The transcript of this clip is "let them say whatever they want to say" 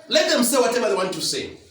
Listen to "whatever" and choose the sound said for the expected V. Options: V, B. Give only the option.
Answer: B